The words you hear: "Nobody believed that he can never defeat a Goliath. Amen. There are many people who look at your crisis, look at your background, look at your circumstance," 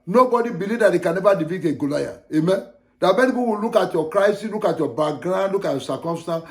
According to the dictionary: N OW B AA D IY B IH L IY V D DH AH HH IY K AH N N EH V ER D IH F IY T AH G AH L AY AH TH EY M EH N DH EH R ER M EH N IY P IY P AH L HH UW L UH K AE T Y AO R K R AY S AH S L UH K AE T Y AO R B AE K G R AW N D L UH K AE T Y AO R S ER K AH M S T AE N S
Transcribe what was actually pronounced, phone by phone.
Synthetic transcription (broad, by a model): N OW B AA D IY B IH L IY V D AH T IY K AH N N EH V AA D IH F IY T AH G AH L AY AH EY M EH N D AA M EH N IY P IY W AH L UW K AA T Y AO K R AY S AH S L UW K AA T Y AO B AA G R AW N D L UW K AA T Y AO S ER K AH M S T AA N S